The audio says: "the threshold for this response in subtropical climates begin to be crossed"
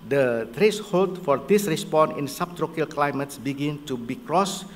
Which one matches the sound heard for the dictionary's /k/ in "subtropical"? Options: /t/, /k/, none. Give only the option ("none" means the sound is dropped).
none